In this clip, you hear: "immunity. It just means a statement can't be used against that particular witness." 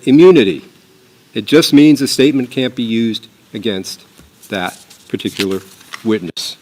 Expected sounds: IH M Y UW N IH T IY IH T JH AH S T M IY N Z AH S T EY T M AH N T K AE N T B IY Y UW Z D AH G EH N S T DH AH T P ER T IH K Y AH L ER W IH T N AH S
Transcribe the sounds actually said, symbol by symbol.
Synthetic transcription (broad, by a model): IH M Y UW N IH T IY IH T JH AH S T M IY N Z AH S T EY T M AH N K AE N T B IY Y UW Z D AH G EH N S T DH AH T P ER T IH K Y L ER W IH T N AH S